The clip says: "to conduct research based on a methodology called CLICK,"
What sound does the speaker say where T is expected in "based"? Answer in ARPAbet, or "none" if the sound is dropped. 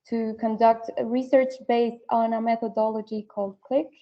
T